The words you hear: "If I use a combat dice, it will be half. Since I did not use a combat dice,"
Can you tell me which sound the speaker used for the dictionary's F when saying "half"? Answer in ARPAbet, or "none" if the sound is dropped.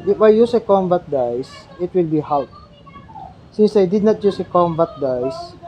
P